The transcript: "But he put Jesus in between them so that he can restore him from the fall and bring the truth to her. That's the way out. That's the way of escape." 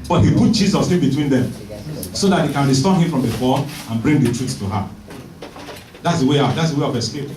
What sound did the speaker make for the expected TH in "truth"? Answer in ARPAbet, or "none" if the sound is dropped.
S